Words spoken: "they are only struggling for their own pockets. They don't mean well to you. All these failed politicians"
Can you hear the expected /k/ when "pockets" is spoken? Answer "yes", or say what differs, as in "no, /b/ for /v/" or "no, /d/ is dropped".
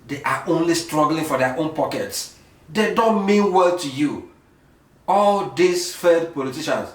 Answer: yes